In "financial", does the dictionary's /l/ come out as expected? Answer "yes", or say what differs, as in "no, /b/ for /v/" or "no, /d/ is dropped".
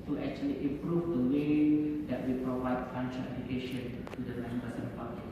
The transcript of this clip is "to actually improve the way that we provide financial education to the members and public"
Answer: no, /n/ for /l/